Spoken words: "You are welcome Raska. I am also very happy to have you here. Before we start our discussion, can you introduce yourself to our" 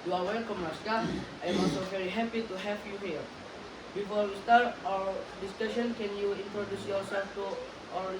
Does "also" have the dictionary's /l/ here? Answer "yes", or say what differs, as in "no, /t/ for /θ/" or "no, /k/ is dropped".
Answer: no, /l/ is dropped